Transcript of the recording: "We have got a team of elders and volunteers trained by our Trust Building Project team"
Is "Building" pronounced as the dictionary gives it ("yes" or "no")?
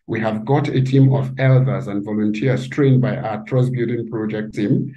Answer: no